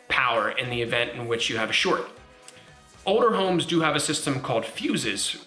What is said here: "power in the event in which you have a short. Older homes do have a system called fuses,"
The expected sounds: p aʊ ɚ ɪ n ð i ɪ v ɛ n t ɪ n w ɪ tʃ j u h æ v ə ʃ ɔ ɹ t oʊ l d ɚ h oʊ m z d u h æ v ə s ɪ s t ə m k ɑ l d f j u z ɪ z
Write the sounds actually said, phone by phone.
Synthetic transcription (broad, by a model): p aʊ ɚ ɪ n ð i ɪ v ɛ n t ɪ n w ɪ tʃ j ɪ v ə ʃ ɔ ɹ t oʊ l d ɚ h oʊ m z d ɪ v ə s ɪ s t ə m k ɑ l d f j u z ɪ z